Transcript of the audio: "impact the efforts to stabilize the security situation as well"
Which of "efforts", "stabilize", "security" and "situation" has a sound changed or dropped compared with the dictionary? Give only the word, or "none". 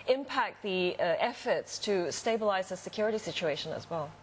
none